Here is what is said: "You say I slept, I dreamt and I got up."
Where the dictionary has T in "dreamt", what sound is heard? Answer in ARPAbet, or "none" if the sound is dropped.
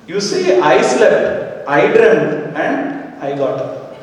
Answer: none